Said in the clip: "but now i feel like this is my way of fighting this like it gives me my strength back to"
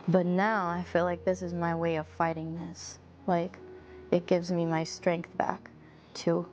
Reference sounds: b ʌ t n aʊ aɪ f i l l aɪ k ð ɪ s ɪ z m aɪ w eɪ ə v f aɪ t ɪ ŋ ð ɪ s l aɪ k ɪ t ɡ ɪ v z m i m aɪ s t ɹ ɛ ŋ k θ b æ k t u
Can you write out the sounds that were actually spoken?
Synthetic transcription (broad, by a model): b ʌ t n aʊ aɪ f i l l aɪ k ð ɪ s ɪ z m aɪ w eɪ ə v f aɪ t ɪ ŋ ð ɪ s l aɪ k ɪ t ɡ ɪ v z m i m aɪ s t ɹ ɛ ŋ k θ b æ k t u